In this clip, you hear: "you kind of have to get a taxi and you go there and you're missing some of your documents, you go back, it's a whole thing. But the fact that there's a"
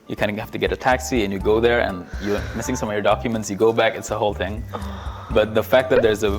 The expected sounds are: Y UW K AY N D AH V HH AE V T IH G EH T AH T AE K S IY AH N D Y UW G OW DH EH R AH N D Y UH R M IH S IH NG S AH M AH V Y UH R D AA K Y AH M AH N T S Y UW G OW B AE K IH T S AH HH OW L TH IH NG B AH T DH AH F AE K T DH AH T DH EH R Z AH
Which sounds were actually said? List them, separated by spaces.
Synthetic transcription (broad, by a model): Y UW K AY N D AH HH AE F T IH G EH T AH T AE K S IY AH N Y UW G OW DH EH R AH N Y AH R M IH S IH NG S AH M AH V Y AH R D AA K Y AH M AH N T S Y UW G OW B AE K IH T S AH HH OW L TH IH NG B AH T DH AH F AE K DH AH T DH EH R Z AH